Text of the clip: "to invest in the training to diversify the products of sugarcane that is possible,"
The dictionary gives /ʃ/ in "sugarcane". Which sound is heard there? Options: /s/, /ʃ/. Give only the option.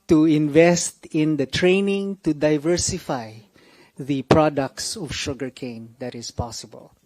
/ʃ/